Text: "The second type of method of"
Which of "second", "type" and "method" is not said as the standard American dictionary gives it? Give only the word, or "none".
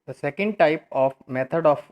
method